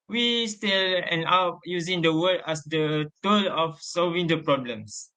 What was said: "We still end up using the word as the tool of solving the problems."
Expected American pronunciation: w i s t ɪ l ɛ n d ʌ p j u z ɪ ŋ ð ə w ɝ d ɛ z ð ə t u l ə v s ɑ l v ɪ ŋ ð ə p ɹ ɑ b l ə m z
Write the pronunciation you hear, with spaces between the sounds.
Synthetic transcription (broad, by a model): w i s t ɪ l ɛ n ɑ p j u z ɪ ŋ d ə w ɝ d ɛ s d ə t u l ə f s ɑ l v ɪ ŋ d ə p ɹ ɑ b l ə m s